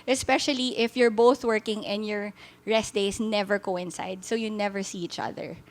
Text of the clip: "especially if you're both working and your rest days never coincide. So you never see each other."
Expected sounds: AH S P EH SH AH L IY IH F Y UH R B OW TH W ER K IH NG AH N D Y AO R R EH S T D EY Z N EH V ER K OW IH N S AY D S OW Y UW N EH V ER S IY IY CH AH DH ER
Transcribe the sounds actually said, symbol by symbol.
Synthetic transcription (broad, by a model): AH S P EH SH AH L IY IH F Y UH R B OW TH W ER K IH NG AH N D Y AO R R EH S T D EY S N EH V ER K OW IH N S AY D S OW Y UW N EH V ER S IY IY CH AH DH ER